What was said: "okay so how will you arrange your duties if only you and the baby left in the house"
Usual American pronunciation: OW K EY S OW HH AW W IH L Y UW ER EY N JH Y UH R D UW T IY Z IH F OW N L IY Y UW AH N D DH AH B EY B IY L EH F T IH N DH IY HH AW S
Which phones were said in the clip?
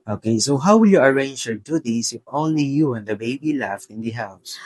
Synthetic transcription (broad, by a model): OW K EY S OW HH AW W IH L Y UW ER EY N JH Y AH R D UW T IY S IH F OW N L IY Y UW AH N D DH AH B EY B IY L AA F IH N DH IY HH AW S